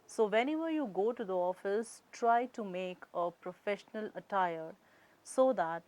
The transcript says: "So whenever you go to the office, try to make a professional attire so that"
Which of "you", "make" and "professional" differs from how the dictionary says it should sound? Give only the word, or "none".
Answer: none